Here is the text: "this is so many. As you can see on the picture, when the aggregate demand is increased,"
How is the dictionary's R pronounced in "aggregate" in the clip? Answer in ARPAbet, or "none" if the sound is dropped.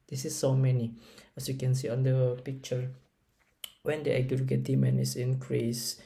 none